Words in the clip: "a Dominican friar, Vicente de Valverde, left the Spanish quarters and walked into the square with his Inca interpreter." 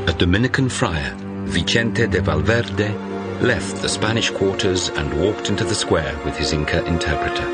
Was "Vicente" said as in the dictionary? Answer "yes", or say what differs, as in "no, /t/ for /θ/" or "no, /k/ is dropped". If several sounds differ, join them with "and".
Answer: yes